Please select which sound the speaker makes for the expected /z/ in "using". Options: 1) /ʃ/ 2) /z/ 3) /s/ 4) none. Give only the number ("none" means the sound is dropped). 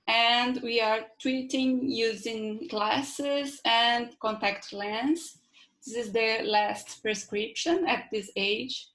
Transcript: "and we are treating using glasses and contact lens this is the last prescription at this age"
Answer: 2